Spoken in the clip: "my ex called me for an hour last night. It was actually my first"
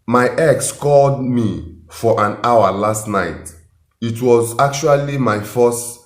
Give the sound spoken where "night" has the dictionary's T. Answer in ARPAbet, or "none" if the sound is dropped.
T